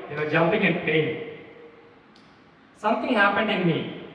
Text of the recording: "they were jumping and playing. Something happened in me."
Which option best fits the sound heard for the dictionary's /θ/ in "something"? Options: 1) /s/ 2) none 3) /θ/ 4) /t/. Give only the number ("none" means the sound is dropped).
4